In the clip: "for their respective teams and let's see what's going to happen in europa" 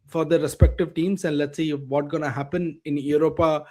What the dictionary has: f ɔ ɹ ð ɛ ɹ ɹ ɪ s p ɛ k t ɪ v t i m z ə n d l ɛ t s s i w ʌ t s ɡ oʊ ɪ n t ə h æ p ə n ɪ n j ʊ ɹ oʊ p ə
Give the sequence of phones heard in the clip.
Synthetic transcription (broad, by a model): f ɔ ɹ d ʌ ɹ ɹ ɪ s p ɛ k t ɪ v t i m s ə n d l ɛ t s s i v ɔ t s ɡ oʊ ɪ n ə h æ p ə n ɪ n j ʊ ɹ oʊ p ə